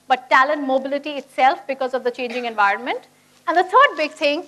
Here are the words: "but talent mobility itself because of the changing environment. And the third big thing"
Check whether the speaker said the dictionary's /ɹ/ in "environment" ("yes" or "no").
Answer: yes